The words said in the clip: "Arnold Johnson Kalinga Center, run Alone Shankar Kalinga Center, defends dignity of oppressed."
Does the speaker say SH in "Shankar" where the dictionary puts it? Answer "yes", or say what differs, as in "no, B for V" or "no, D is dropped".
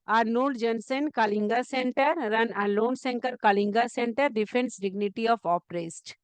no, S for SH